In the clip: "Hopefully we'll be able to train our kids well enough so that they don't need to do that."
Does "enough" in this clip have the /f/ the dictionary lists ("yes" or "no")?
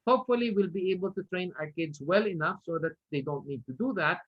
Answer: yes